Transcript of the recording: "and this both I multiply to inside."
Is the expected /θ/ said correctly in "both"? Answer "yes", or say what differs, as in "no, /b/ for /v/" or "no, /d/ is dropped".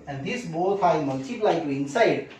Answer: no, /f/ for /θ/